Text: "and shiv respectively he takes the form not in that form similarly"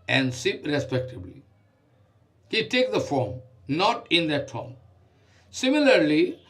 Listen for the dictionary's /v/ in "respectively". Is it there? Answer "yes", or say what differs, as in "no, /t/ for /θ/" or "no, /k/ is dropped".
no, /b/ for /v/